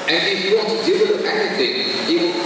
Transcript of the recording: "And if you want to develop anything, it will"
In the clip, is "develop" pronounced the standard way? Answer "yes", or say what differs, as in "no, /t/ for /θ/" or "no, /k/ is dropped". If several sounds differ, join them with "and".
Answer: no, /p/ is dropped